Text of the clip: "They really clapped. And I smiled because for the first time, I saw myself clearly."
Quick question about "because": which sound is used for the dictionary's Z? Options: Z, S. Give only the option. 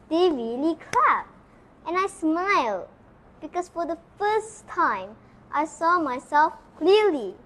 S